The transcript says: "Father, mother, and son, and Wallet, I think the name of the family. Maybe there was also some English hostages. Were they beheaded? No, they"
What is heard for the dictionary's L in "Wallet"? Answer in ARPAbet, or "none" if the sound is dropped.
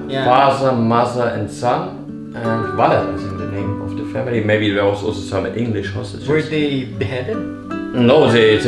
N